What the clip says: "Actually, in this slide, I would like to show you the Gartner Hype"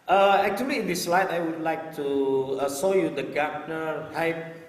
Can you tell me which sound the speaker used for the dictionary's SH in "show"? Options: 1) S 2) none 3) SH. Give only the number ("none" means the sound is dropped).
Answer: 1